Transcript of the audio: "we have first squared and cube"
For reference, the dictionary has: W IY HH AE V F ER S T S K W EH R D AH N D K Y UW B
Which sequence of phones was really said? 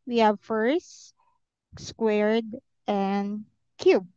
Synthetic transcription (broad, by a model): W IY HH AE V F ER S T S K W EH R D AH N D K Y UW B